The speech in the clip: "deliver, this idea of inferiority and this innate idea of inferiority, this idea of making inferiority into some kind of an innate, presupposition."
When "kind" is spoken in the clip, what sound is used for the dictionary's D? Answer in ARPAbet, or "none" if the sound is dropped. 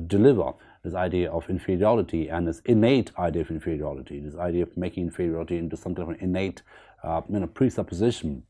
none